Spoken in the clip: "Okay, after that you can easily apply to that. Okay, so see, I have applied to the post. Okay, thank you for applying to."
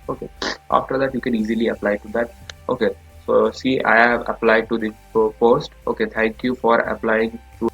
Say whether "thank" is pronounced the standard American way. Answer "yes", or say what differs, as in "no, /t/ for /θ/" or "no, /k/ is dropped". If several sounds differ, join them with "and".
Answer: no, /t/ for /θ/